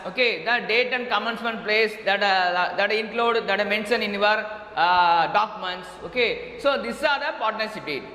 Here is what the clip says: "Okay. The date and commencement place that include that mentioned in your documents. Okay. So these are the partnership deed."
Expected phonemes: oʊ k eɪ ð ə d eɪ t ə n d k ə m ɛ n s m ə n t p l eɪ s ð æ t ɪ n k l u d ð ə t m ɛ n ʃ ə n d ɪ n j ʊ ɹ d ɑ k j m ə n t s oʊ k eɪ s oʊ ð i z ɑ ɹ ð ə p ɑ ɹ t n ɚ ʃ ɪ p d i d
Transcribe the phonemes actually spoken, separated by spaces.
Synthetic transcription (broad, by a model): oʊ k eɪ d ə d eɪ t ə n d k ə m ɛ n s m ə n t p l eɪ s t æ t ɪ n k l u d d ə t m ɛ n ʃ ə n ɪ n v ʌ ɹ d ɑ k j m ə n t s oʊ k eɪ s oʊ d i s ɑ ɹ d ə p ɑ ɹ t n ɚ s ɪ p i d